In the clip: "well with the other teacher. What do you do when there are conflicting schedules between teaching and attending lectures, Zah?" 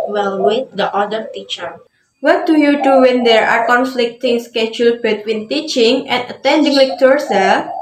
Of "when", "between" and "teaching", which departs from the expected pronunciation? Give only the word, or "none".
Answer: none